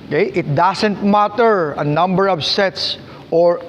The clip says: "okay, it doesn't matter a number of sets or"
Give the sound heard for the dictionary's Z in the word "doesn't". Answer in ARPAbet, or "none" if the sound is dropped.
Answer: S